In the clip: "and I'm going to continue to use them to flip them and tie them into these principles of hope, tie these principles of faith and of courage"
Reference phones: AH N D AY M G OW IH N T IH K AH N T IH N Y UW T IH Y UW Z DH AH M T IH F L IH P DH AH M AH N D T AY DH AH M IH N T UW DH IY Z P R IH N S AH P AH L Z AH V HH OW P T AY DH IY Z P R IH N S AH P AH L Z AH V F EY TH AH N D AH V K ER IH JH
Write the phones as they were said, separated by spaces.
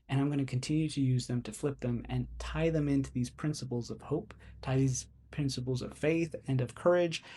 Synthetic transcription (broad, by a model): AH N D AY M G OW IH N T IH K N T IH N Y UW T IH Y UW Z DH AH M T IH F L IH P DH AH M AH N T AY DH AH M IH N T UW DH IY Z P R IH N S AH P L Z AH V HH OW P T AY DH IY Z P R IH N S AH P L Z AH V F EY TH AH N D AH V K ER IH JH